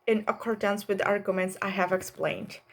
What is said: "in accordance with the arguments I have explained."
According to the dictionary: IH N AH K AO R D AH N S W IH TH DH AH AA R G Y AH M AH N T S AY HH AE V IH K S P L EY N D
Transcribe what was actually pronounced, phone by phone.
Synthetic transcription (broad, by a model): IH N AH K AO R D AH N S W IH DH AA R G Y AH M AH N T S AY HH AE V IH K S P L EY N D